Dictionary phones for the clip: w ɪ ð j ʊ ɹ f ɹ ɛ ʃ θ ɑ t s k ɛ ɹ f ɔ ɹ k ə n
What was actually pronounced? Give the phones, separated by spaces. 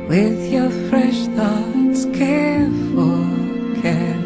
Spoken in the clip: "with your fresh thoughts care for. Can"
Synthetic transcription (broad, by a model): w ɪ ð j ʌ ɹ f ɹ ɛ ʃ θ ɑ t s k ɛ ɹ f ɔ l k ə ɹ